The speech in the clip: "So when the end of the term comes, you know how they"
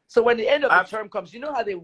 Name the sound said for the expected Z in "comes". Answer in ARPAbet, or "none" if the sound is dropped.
Z